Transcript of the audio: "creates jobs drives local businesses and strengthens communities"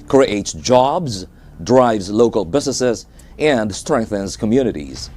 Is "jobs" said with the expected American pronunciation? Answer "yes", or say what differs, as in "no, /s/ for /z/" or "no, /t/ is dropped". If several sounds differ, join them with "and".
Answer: yes